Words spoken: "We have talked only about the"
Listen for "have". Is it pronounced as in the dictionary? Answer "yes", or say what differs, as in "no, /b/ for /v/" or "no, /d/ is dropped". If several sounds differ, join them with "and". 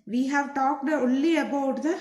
yes